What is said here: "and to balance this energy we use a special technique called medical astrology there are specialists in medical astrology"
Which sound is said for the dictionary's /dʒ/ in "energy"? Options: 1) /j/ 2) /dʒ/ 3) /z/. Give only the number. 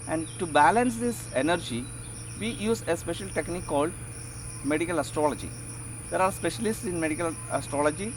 2